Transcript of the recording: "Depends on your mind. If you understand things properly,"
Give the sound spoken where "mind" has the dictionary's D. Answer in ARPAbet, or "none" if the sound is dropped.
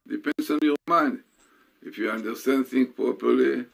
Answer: D